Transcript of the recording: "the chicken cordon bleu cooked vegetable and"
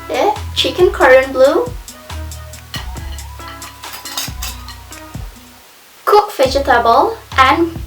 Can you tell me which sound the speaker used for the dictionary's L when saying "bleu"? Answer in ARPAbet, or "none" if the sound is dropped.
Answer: L